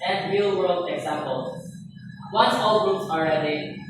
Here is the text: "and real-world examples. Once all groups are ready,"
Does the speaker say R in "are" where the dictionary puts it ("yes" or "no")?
no